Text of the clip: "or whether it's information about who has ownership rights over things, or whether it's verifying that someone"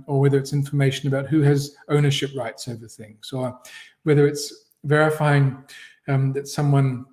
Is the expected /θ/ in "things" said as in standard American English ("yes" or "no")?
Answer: yes